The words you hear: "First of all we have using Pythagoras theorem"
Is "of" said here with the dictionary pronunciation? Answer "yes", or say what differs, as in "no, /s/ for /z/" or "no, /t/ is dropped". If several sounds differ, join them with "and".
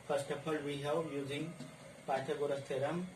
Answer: no, /p/ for /v/